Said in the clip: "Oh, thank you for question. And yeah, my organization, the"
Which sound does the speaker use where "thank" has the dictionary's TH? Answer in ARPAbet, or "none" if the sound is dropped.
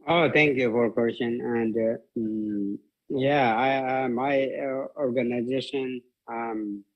T